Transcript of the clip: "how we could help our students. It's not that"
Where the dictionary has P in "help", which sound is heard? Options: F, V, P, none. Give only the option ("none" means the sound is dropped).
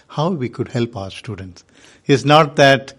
P